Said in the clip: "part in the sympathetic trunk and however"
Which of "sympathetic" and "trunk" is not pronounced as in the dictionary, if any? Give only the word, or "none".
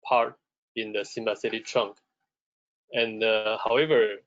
sympathetic